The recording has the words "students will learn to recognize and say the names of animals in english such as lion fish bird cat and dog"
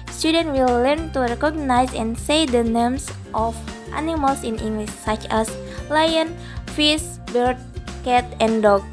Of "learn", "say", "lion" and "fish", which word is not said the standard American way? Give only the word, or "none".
fish